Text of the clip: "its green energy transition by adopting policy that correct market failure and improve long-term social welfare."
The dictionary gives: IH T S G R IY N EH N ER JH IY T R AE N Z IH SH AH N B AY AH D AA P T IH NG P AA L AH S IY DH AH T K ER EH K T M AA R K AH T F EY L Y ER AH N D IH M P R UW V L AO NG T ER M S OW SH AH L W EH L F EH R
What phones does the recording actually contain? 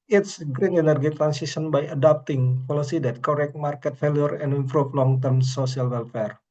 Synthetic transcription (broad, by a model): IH T S G R IY N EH N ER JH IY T R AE N S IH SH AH N B AY AH D AA P T IH NG P AA L AH S IY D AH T K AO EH K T M AA R K AH T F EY L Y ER AH N D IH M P R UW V L AO NG T ER M S OW S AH L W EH L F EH R